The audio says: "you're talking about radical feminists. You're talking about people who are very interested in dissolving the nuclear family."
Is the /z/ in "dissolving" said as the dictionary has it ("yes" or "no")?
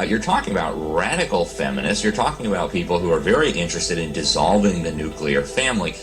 yes